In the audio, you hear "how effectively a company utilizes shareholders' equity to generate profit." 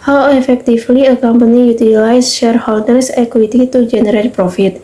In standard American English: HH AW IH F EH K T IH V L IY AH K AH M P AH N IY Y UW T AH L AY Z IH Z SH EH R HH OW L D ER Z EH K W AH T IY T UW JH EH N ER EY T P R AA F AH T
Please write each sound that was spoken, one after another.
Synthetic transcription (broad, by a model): HH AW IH F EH K T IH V L IY AH K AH M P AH N IY Y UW T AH L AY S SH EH R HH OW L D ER S EH K W AH T IY T UW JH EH N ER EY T P R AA F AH T